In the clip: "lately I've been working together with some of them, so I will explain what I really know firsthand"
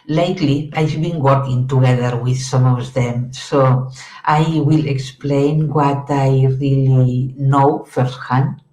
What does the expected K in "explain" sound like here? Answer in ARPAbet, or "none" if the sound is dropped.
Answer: K